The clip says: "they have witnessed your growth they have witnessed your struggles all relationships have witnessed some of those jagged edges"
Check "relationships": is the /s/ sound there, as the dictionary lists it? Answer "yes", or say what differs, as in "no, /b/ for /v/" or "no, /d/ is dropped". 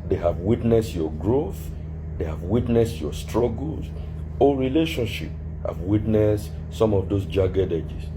no, /s/ is dropped